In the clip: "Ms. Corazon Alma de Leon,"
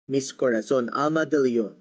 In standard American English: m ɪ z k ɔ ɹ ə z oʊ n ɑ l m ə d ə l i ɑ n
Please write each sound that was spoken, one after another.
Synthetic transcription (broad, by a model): m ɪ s k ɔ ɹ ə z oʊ n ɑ m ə d ə l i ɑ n